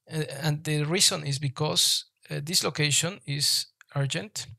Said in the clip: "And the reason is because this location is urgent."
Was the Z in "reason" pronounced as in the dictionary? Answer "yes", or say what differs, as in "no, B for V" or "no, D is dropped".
no, S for Z